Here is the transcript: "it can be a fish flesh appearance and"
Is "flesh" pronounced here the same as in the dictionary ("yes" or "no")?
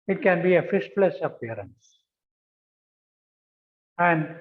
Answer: no